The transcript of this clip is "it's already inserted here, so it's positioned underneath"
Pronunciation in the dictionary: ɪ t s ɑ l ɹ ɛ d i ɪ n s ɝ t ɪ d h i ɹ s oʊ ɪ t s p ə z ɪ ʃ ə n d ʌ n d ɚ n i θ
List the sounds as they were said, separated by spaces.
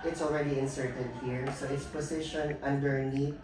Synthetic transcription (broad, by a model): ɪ t s ɑ l ɹ ɛ d i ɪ n s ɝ t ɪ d h i ɹ s oʊ ɪ t s p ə s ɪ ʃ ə n ʌ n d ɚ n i